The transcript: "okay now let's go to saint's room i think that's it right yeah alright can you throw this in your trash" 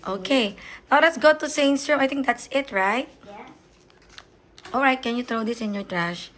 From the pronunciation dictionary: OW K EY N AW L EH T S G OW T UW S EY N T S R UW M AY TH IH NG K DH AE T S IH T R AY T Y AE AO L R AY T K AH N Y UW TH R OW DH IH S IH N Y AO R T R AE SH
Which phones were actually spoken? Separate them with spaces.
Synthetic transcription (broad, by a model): OW K EY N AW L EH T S G OW T UW S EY N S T R UW M AY T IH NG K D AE T S IH T R AY T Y AO L R AY T K AH N Y UW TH R OW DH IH S IH N Y AO R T R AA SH